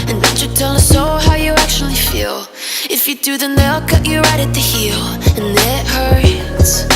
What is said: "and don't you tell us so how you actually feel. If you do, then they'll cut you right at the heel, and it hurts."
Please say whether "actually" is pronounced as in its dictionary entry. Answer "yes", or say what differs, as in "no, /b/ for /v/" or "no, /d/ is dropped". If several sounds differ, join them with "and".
yes